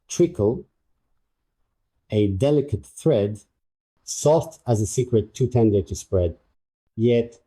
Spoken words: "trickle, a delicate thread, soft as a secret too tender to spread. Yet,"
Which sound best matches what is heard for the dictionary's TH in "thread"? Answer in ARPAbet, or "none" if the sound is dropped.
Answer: TH